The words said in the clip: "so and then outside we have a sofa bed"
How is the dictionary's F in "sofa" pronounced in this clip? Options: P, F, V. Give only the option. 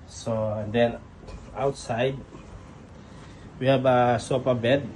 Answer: P